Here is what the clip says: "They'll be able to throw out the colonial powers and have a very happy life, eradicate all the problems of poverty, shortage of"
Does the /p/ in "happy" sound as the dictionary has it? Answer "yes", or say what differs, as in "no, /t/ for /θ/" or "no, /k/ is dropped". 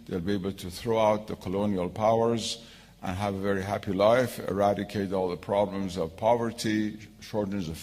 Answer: yes